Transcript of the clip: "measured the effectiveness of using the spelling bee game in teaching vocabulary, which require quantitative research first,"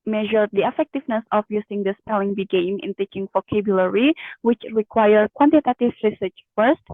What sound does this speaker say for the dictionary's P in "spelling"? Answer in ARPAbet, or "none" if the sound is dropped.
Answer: P